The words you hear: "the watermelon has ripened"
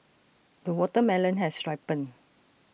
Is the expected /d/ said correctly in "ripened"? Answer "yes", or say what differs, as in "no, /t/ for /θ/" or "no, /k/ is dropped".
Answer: no, /d/ is dropped